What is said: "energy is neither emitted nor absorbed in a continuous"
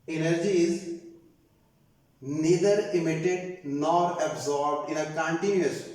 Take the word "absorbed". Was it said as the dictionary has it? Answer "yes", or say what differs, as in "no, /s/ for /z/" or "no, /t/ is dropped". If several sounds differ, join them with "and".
yes